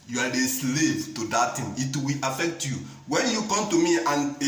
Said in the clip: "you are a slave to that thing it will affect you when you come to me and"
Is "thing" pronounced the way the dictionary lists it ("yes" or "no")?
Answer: no